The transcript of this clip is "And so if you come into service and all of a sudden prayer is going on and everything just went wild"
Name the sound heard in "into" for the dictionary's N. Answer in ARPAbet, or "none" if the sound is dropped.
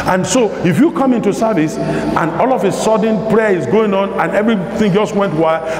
N